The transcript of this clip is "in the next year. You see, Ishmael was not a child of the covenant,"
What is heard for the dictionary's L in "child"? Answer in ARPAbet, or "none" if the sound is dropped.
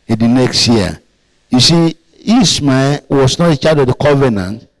none